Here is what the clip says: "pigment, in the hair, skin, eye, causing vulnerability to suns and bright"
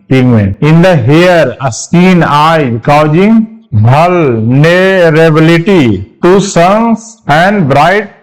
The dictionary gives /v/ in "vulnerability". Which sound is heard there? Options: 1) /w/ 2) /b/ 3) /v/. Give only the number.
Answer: 2